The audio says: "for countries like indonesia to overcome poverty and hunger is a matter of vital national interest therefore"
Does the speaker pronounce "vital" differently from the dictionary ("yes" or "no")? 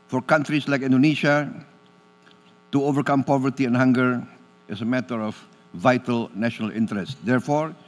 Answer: no